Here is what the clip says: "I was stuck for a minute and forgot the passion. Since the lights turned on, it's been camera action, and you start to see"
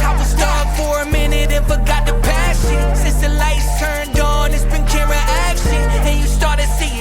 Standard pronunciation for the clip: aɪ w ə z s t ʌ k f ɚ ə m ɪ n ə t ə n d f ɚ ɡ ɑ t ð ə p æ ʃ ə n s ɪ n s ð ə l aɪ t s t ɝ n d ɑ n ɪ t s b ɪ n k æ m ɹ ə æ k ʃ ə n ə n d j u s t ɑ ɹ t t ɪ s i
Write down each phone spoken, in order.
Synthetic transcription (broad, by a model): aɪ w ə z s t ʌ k f ɚ ə m ɪ n ə t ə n f ɚ ɡ ɑ t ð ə p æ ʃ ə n s ɪ n s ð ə l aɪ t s t ɝ n d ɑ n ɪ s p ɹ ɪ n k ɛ ɹ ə æ k ʃ ə n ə n j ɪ s t ɑ ɹ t t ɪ s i